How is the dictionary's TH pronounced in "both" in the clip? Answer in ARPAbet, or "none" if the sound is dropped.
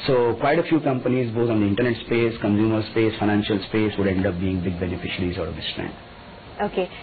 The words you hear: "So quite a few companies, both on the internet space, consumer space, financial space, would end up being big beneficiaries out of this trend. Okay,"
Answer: T